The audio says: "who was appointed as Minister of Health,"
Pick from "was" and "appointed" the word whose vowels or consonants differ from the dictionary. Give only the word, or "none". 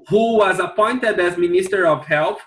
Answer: none